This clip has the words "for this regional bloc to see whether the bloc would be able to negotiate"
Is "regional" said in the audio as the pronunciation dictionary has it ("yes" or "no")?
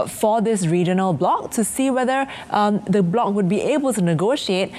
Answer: yes